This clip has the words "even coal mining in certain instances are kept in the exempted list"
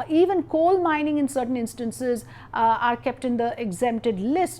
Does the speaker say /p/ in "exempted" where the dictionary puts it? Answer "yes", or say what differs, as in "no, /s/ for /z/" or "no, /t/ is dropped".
no, /p/ is dropped